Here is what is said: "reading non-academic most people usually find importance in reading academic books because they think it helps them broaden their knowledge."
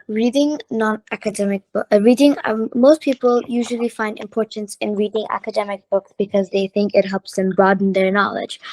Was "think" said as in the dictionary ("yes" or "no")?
yes